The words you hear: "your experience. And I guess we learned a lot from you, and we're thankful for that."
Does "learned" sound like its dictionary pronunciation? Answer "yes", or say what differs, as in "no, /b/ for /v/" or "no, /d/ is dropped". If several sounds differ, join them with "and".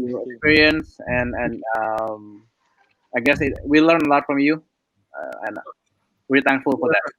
no, /d/ is dropped